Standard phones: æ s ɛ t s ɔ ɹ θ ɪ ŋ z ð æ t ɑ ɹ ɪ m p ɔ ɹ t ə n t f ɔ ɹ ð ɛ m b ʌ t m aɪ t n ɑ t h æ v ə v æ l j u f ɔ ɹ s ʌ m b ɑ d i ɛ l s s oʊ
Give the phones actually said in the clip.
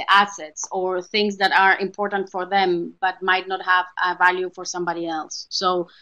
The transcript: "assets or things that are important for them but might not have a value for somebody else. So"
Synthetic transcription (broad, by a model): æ s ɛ t s ɔ ɹ θ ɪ ŋ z ð æ t ɑ ɹ ɪ m p ɔ ɹ t ə n t f ɔ ɹ ð ɛ m b ʌ t m aɪ t n ɑ t h æ v ə v æ l j u f ɔ ɹ s ʌ m b ɑ d i ɛ l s s oʊ